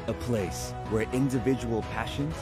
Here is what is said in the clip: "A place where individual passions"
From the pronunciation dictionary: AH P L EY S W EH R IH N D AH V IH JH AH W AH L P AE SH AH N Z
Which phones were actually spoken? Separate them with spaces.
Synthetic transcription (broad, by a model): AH P L EY S W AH R IH N D AH V IH JH AH W AH L P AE SH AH N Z